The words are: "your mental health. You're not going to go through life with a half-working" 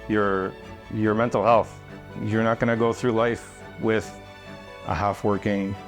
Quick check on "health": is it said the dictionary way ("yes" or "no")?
yes